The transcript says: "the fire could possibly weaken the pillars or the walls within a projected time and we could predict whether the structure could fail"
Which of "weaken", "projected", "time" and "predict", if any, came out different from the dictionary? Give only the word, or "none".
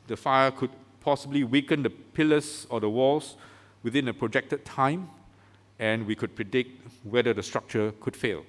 none